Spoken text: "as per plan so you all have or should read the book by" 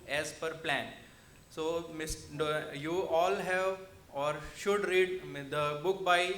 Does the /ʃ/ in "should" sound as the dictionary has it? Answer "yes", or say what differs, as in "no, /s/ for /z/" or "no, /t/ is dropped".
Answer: yes